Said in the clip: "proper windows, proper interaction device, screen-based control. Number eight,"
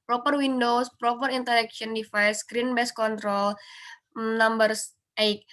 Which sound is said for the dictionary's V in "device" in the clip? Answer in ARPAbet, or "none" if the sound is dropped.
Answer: F